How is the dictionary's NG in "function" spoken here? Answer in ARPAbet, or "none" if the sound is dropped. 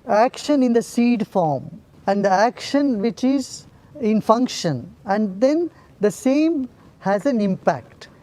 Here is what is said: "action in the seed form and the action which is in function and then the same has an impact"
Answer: NG